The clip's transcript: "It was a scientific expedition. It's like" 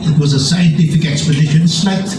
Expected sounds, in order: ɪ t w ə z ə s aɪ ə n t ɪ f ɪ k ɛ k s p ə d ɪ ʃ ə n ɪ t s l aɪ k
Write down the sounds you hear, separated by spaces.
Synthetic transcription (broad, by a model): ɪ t w ə z ə s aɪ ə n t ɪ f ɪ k ɛ k s p ə d ɪ ʃ ə n s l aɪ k